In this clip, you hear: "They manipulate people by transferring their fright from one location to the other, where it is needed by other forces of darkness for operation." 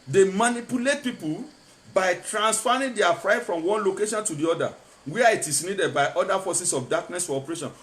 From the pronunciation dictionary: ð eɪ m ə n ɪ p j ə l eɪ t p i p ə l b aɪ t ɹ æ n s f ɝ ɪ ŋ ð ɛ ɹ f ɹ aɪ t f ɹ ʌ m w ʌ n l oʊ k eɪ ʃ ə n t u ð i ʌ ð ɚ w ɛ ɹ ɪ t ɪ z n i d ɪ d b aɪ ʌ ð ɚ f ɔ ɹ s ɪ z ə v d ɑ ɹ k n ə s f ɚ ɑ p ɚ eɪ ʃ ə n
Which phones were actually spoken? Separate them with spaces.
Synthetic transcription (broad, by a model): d eɪ m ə n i p j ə l eɪ t p i p ə l b aɪ t ɹ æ n s f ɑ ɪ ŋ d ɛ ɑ f ɹ aɪ t f ɹ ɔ m w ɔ n l oʊ k eɪ ʃ ə n t u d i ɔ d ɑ w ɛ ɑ ɪ t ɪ s n i d ɪ d b aɪ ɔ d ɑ f ɔ s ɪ s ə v d ɑ k n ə s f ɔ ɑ p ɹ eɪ ʃ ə n